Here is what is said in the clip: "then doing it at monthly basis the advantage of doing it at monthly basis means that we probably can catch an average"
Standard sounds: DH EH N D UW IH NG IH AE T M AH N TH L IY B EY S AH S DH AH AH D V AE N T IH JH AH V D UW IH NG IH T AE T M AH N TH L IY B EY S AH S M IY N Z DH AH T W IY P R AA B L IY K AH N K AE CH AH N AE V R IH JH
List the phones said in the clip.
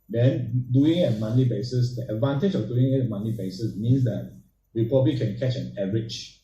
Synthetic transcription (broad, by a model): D EH N D UW IH NG IH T M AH N IY B EY S AH S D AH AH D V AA N T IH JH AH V D UW IH NG IH T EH M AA N IY B EY S AH S M IY N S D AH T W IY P AA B L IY K AH N K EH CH AH N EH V R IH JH